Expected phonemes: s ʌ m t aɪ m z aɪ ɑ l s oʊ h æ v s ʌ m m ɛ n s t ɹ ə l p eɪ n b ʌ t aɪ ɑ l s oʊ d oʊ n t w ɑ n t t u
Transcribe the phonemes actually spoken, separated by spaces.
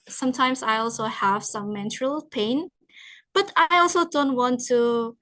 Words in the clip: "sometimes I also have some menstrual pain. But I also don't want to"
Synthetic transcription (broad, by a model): s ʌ m t aɪ m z aɪ ɑ l s oʊ h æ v s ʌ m m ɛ n t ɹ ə l p eɪ n b ʌ t aɪ ɑ l s oʊ d oʊ n t w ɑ n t t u